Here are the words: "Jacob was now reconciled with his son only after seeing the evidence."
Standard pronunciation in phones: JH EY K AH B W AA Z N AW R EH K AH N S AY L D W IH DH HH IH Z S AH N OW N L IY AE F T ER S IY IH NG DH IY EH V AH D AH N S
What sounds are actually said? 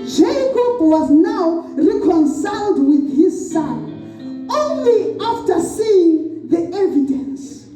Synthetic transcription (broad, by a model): JH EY K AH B W AA Z N AW R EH K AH N S AY L D W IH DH HH IH Z S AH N OW N L IY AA F T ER S IY IH NG DH IY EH V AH D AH N S